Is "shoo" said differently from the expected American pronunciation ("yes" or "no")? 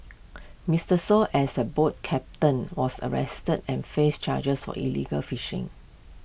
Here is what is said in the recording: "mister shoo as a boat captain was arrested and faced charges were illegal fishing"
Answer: yes